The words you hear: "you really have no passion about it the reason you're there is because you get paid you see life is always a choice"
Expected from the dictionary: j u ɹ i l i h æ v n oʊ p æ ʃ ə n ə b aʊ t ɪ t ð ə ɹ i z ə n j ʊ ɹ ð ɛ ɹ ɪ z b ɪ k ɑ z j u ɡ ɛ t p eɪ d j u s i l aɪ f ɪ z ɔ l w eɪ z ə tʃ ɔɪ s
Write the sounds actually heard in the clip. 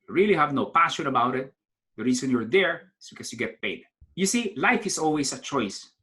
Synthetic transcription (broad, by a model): j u ɹ i l i h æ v n oʊ p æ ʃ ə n ə b aʊ t ɪ t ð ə ɹ i s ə n j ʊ ɹ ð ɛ ɹ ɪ s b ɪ k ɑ s j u ɡ ɛ t p eɪ d j u s i l aɪ f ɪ s ɔ l w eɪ s ə tʃ ɔɪ s